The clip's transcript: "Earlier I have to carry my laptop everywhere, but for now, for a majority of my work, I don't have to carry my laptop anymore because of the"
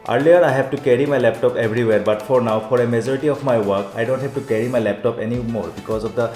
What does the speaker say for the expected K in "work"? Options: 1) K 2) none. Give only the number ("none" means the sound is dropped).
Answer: 1